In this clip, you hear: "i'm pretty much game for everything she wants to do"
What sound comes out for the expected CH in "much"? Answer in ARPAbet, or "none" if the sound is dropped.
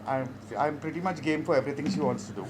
CH